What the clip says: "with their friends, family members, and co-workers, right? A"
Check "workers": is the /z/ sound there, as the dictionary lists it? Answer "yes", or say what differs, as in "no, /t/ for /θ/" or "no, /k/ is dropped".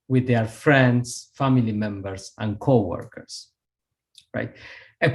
no, /s/ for /z/